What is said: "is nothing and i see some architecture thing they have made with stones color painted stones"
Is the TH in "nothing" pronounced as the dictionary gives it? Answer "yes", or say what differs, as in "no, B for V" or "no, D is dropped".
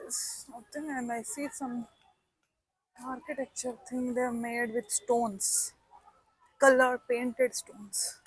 no, T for TH